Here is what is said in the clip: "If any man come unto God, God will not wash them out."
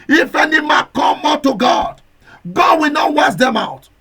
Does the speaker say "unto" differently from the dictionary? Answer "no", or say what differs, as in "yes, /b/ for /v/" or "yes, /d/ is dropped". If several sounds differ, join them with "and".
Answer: yes, /n/ is dropped